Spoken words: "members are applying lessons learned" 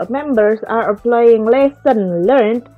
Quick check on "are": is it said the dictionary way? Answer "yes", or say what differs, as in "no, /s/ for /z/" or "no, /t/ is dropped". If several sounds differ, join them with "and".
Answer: yes